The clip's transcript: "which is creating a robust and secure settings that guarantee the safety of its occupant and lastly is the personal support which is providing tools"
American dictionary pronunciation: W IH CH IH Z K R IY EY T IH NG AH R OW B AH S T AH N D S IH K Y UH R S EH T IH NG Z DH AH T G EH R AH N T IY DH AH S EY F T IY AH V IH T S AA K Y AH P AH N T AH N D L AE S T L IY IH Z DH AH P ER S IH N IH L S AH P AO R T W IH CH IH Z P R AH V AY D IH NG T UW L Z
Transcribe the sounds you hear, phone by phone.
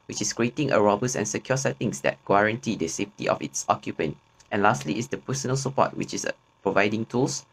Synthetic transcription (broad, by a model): W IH CH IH S K R IY EY T IH NG AH R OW B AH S AH N S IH K Y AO S EH T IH NG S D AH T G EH R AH N T IY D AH S EY F T IY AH F IH T S AA K Y AH P AH N T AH N L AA S T L IY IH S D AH P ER S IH N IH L S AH P AO T W IH CH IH S P R AH V AY D IH NG T UW L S